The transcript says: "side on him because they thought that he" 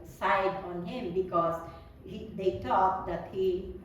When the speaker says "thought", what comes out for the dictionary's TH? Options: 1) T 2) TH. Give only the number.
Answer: 1